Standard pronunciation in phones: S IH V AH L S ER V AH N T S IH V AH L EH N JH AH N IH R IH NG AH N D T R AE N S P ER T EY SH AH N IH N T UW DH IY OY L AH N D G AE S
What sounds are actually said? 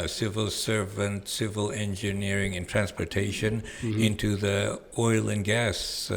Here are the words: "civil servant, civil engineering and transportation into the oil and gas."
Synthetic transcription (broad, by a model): S IH V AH L S ER V AH N T S IH V AH L EH N JH AH N IH R IH NG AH N T R AE N S P ER T EY SH AH N IH N T UW DH IY OY L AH N G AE S